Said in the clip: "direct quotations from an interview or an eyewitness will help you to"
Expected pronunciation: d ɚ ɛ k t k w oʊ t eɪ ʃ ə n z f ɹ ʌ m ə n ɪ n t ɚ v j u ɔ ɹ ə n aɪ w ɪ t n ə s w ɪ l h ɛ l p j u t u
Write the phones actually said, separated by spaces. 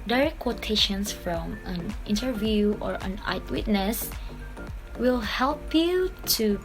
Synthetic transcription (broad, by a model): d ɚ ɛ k k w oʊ t eɪ ʃ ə n s f ɹ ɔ m ə n ɪ n t ɚ v j u ɔ ɹ ə n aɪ w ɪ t n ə s w ɪ l h ɛ l p j u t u